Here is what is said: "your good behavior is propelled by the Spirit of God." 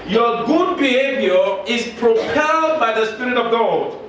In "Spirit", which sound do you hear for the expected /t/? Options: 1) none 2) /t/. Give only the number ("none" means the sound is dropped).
2